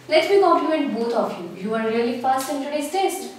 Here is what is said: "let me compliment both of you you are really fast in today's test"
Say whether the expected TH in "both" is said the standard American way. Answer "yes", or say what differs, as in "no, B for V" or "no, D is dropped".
no, T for TH